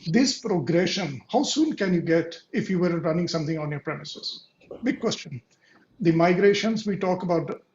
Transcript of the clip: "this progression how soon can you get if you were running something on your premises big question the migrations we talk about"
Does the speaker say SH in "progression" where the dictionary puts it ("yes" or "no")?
yes